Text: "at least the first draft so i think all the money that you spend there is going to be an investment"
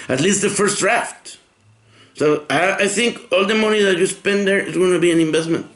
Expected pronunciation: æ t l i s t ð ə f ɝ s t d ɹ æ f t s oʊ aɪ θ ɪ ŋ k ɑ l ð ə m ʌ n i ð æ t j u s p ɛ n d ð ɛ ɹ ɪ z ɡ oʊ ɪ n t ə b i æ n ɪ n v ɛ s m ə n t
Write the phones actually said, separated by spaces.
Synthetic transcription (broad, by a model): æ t l i s t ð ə f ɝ s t d ɹ æ f t s oʊ aɪ θ ɪ ŋ k ɑ l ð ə m ʌ n i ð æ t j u s p ɛ n d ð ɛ ɹ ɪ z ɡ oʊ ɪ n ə b i æ n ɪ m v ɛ s m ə n t